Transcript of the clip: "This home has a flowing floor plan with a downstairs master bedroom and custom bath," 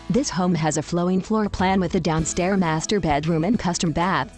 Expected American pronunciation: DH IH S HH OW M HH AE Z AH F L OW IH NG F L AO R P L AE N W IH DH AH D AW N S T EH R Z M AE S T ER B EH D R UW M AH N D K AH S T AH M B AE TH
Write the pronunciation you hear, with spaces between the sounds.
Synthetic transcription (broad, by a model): DH IH S HH OW M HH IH Z AH F L OW IH NG F L AO R P L AE N W IH DH AH D AW N S T EH R M AE S T ER B EH D R UW M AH N K AH S T AH M B AE TH